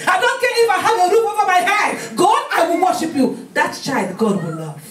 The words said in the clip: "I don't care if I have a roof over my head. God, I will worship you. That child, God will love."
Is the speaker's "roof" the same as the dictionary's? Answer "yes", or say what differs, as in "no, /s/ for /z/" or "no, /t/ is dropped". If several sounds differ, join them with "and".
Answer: no, /p/ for /f/